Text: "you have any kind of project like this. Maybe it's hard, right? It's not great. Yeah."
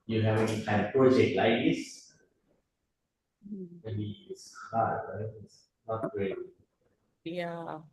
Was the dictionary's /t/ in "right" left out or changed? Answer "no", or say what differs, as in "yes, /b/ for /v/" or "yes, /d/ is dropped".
yes, /t/ is dropped